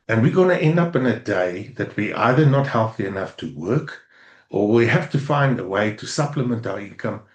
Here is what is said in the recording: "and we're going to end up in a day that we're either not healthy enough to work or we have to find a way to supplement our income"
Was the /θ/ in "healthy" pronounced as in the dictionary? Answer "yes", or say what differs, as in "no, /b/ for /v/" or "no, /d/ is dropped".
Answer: yes